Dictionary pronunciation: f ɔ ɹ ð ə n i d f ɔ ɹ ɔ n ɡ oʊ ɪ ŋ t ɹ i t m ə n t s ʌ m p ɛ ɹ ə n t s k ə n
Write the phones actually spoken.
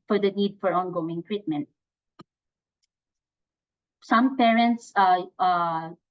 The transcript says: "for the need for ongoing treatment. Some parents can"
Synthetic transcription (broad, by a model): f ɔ ɹ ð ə n i d f ɔ ɹ ɔ n ɡ oʊ ɪ ŋ t ɹ i t m ə n t s ʌ m p ɛ ɹ ə n t s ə